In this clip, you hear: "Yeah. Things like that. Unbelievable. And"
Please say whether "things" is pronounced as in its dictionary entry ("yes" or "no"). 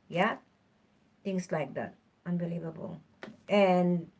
no